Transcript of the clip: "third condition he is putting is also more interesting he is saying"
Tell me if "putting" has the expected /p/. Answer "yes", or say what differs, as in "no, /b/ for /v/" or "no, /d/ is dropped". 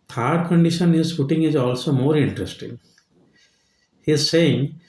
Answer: no, /f/ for /p/